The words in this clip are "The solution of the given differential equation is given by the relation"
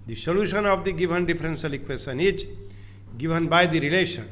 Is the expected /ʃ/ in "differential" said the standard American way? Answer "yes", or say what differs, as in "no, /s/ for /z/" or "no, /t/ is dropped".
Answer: no, /s/ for /ʃ/